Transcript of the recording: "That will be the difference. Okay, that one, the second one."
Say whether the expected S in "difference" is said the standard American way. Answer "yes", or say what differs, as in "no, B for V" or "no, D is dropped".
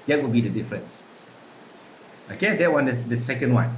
yes